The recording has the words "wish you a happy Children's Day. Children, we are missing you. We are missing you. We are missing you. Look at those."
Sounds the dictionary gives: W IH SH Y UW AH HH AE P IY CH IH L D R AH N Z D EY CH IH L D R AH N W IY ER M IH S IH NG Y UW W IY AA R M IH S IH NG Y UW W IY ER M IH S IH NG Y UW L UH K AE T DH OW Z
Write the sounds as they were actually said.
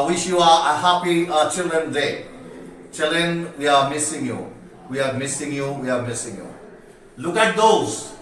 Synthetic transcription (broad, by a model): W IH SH Y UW AH HH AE P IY CH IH L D R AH N D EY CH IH L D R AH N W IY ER M IH S IH NG Y UW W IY AA R M IH S IH NG Y UW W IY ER M IH S IH NG Y UW L UH K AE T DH OW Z